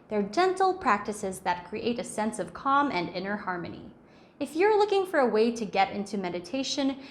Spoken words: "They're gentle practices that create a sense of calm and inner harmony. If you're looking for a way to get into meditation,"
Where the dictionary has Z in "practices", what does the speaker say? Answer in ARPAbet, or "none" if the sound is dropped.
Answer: Z